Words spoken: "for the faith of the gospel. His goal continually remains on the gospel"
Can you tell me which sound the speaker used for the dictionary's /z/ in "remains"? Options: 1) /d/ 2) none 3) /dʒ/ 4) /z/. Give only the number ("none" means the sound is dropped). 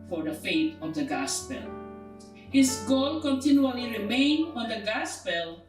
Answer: 2